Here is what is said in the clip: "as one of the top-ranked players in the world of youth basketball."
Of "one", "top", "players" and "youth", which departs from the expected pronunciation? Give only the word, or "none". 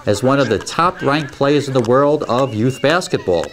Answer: none